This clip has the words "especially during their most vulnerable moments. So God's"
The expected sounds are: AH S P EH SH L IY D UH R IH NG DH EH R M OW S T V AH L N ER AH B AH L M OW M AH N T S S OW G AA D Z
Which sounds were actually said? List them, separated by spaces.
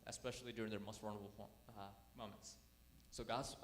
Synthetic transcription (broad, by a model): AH S P EH SH L IY D UH R IH NG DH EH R M OW S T W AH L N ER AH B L M OW M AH N T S S OW G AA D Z